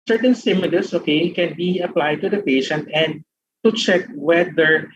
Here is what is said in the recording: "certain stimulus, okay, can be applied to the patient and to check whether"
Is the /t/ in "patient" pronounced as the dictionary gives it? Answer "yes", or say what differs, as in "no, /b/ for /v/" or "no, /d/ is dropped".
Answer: yes